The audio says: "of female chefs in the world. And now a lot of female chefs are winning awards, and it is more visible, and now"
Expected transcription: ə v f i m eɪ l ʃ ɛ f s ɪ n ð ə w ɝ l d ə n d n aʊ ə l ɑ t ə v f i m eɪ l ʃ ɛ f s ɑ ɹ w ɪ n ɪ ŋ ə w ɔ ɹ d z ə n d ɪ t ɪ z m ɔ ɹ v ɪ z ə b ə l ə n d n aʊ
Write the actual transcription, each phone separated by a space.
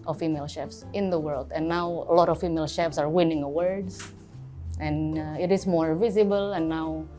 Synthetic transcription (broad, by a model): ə f i m eɪ l ʃ ɛ f s ɪ n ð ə w ɝ l d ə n n aʊ ə l ɑ t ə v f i m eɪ l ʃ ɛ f s ɑ ɹ w ɪ n ɪ ŋ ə w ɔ ɹ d s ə n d ɪ t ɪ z m ɔ ɹ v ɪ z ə b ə l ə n n aʊ